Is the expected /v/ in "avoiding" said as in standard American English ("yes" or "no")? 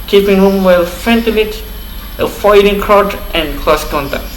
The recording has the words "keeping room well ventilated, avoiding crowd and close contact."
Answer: no